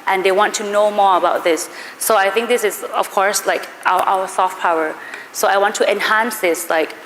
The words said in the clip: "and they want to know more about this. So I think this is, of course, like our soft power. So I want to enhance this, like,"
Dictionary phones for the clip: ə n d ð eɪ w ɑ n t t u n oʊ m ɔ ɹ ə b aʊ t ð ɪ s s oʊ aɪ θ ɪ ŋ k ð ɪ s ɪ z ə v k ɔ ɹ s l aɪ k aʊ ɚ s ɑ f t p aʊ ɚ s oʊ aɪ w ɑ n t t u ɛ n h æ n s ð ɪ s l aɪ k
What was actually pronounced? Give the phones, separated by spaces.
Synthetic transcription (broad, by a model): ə n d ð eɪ w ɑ n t t u n oʊ m ɔ ɹ ə b aʊ t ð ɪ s s oʊ aɪ θ ɪ ŋ k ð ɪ s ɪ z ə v k ɔ ɹ s l aɪ k aʊ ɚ s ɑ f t p aʊ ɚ s oʊ aɪ w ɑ n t t u ɛ n h æ n s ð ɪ s l aɪ k